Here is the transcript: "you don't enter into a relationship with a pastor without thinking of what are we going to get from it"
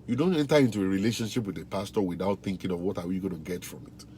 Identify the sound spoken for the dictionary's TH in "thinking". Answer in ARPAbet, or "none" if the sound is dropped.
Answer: TH